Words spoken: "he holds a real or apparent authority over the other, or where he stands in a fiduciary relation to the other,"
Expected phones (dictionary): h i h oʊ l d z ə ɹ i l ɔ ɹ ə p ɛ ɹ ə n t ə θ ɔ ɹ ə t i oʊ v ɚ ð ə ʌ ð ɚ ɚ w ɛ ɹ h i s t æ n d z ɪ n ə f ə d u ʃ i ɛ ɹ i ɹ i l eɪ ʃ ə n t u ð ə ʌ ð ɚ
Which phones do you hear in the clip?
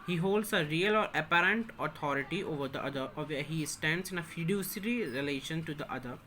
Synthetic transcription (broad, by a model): h i h oʊ l d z ə ɹ i l ɔ ɹ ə p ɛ ɹ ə n t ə t ɔ ɹ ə t i oʊ v ɚ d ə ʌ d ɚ ɚ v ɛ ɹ h i s t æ n d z ɪ n ə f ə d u s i ɹ i ɹ i l eɪ ʃ ə n t u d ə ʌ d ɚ